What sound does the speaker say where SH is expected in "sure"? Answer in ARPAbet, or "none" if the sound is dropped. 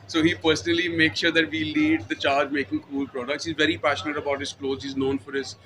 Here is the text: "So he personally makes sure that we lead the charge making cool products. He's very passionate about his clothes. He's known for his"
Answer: SH